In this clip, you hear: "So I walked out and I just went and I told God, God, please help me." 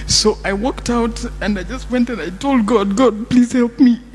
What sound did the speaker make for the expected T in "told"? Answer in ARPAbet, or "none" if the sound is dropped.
T